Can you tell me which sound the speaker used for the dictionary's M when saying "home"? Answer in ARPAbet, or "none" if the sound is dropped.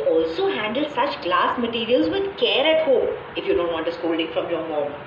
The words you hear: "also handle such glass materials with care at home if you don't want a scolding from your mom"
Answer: none